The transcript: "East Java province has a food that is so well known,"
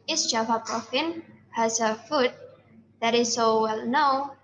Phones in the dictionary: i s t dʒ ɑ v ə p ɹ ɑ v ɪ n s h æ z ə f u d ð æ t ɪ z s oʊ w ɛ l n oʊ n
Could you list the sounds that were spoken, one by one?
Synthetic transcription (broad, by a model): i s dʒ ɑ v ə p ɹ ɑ f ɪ n h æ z ə f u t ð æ t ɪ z s oʊ w ɛ l n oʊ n